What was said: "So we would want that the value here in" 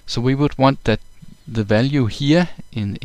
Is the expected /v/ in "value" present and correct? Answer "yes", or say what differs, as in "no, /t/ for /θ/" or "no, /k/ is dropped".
yes